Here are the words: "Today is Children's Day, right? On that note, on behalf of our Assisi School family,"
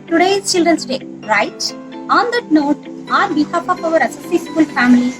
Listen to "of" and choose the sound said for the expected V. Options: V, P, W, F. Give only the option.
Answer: P